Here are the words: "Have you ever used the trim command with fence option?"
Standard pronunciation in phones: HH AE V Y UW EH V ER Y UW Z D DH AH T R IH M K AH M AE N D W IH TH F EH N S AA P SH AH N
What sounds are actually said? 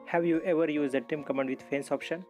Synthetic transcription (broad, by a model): HH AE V Y UW EH V ER Y UW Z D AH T IH M K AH M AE N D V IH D F EH N S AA P SH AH N